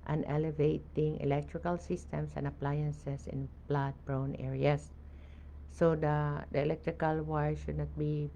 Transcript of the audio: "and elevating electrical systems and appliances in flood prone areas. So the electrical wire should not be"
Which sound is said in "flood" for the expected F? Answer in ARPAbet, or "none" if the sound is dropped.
P